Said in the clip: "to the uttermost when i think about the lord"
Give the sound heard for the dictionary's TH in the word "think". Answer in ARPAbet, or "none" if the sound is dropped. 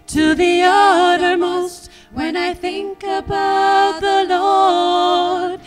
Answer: TH